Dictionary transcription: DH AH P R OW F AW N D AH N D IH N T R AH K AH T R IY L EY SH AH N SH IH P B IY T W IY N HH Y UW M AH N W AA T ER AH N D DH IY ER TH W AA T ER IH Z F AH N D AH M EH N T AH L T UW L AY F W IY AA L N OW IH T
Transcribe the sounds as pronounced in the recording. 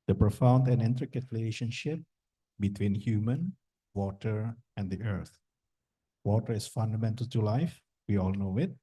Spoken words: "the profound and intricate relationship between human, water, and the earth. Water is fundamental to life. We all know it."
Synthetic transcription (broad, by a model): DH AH P R OW F AW N D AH N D IH N T R AH K AH T R IY L EY SH AH N SH IH P B IY T W IY N HH Y UW M AH N W AA T ER AH N D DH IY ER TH W AA T ER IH S F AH N D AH M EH N T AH L T UW L AY F W IY AA L N OW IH T